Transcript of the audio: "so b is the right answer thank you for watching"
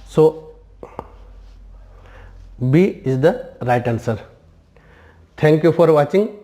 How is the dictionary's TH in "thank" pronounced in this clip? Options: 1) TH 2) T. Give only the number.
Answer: 2